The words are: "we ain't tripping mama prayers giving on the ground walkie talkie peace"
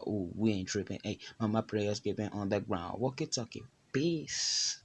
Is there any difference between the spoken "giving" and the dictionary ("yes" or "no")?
yes